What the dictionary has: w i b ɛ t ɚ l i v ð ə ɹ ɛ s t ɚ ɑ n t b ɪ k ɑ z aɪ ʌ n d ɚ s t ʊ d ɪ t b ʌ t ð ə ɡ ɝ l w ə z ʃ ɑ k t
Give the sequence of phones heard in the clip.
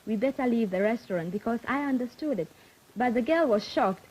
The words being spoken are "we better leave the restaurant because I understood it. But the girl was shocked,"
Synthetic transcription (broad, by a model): w i b ɛ t ɚ l i v ð ə ɹ ɛ s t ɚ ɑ n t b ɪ k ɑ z aɪ ʌ n d ɚ s t ʊ d ɪ t b ʌ t ð ə ɡ ɝ l w ə z ʃ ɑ k t